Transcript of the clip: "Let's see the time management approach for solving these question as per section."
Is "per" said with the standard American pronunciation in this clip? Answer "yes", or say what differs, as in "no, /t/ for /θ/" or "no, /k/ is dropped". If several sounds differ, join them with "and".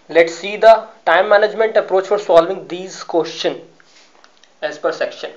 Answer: yes